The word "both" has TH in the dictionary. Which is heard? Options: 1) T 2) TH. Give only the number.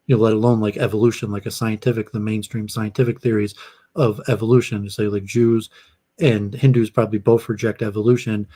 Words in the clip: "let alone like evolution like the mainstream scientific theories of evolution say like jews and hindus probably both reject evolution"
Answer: 2